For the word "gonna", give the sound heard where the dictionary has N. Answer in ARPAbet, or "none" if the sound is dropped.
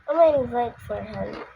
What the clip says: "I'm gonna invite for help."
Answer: none